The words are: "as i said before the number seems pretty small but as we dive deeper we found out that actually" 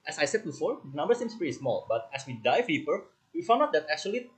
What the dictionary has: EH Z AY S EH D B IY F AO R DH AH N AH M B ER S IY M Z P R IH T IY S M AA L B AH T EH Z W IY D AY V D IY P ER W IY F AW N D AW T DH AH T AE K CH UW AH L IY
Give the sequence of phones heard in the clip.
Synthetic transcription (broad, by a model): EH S AY S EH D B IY F AO R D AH N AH M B ER S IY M S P EH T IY S M AA L B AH T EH S W IY D AY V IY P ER W IY F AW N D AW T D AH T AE K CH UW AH L IY